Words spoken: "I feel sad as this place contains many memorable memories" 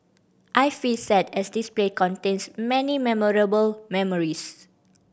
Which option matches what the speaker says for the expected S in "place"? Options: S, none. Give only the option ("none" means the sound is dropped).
none